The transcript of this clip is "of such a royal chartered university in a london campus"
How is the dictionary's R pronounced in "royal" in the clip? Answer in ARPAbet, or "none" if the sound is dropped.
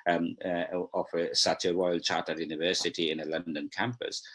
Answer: W